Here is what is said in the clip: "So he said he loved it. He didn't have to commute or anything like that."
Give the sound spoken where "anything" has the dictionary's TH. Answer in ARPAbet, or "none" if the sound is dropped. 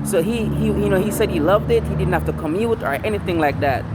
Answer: TH